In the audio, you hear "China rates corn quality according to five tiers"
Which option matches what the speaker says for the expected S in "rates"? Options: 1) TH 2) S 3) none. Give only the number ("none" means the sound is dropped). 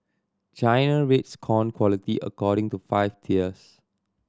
2